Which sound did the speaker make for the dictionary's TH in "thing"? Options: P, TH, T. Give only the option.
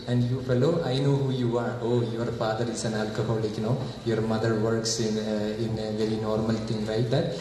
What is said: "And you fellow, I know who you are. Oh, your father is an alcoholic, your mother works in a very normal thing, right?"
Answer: T